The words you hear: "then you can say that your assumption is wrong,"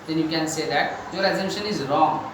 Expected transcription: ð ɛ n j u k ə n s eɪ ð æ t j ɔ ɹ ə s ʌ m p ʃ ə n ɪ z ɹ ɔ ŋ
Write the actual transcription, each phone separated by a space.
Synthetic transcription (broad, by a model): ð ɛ n j u k ə n s eɪ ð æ t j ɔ ɹ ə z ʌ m ʃ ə n ɪ z ɹ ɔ ŋ